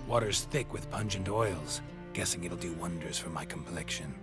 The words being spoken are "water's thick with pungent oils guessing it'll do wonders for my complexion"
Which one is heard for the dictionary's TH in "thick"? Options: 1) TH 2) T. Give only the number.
1